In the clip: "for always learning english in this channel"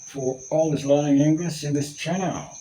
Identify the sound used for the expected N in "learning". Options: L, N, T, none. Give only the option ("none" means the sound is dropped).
none